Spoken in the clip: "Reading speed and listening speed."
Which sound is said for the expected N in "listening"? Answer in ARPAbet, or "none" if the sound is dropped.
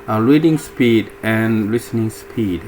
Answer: N